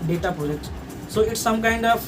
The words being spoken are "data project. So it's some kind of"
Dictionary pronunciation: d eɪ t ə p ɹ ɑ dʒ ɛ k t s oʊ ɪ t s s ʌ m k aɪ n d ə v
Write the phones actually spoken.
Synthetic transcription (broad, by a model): d eɪ t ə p ɑ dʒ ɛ t s oʊ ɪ t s s ʌ m k aɪ n d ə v